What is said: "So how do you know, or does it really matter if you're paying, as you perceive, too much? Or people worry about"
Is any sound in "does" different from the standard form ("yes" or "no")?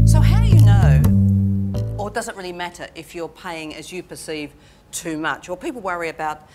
no